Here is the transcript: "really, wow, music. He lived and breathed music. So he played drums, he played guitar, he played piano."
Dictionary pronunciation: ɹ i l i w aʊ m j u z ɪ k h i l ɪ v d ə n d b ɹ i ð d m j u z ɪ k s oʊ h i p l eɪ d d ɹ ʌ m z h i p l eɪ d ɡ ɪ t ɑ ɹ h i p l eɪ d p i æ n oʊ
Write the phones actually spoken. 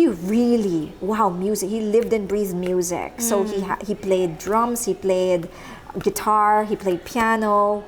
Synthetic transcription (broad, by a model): ɹ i l i w aʊ m j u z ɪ k h i l ɪ v d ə n b ɹ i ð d m j u z ɪ k s oʊ h i p l eɪ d d ɹ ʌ m s h i p l eɪ d ɡ ɪ t ɑ ɹ h i p l eɪ d p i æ n oʊ